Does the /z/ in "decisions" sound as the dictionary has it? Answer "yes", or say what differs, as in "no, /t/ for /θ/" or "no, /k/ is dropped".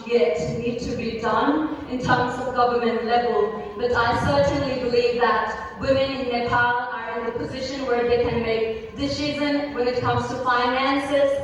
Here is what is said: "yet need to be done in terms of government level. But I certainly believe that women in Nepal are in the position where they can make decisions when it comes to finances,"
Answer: no, /z/ is dropped